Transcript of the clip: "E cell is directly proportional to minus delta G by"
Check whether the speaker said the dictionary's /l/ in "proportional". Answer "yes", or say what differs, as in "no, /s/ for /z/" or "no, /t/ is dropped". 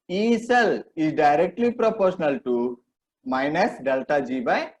yes